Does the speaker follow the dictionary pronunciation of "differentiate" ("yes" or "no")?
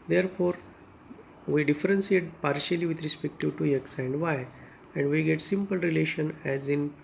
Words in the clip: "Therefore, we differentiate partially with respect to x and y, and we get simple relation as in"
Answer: no